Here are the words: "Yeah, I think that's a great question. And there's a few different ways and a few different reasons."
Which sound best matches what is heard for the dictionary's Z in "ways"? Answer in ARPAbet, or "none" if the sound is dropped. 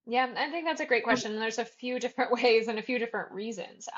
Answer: Z